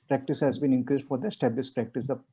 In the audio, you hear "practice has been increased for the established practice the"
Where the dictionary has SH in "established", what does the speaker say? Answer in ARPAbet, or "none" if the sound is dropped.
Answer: S